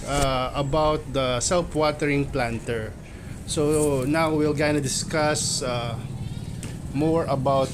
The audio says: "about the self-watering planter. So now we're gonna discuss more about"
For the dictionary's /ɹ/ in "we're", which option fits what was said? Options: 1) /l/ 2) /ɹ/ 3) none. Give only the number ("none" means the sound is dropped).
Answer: 1